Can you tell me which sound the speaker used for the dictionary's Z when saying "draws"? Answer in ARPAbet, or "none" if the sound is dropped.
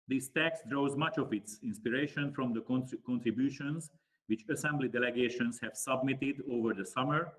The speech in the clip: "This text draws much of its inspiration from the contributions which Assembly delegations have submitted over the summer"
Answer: Z